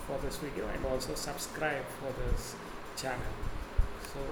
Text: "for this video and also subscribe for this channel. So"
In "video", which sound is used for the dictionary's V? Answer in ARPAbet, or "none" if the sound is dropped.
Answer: W